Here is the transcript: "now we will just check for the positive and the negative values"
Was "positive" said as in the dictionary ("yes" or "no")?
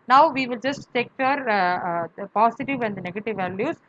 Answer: no